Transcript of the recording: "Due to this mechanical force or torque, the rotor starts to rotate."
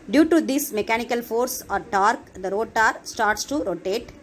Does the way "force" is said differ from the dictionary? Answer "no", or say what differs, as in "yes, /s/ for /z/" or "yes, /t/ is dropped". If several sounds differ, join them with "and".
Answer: no